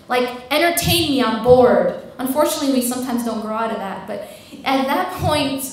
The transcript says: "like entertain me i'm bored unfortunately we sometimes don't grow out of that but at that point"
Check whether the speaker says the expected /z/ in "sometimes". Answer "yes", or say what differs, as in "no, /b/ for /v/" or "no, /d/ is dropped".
yes